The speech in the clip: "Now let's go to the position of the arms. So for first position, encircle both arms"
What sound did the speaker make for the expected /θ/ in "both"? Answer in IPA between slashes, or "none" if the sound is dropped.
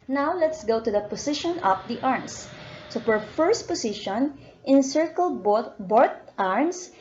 /t/